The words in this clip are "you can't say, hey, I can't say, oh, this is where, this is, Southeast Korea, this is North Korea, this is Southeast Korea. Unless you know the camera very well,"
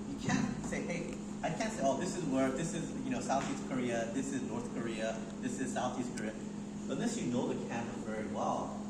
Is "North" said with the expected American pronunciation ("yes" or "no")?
yes